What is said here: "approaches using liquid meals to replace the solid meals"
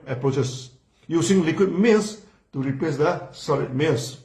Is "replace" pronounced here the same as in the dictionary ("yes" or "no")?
no